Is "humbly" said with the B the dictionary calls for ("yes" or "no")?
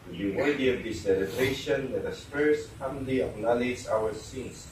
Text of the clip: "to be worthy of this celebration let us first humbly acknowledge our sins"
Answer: no